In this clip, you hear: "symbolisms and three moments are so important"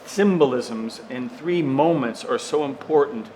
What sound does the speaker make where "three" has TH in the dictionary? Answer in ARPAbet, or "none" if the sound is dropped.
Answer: TH